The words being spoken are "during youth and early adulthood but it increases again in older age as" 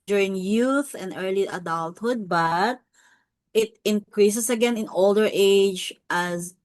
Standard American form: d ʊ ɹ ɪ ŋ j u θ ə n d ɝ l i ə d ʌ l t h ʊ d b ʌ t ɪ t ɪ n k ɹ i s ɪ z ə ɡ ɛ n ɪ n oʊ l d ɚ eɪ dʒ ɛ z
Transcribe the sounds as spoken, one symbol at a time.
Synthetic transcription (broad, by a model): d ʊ ɹ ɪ ŋ j u θ ə n d ɝ l i ə d ʌ l t h ʊ d b ʌ t ɪ t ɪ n k ɹ i s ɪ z ə ɡ ɛ n ɪ n oʊ l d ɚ eɪ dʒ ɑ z